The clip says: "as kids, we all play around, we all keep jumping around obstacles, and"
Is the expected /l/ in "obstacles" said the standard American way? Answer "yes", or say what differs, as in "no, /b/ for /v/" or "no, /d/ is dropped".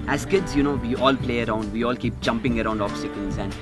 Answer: no, /n/ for /l/